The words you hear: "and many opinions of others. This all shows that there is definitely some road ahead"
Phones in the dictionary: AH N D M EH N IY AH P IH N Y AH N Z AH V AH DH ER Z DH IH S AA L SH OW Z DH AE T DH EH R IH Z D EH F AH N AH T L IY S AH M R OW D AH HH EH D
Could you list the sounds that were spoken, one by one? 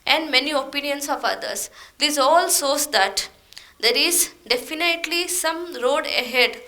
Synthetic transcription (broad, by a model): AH N D M EH N IY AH P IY N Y AH N S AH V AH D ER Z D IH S AA L S OW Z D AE T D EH R IH Z D EH F AH N AH T L IY S AH M R OW D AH HH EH D